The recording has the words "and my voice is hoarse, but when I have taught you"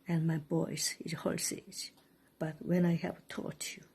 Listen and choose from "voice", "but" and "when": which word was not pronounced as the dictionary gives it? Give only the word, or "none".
voice